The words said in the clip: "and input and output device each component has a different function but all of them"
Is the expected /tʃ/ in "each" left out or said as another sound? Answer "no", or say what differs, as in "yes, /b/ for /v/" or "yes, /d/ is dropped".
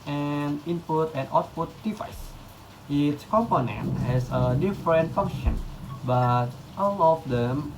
yes, /s/ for /tʃ/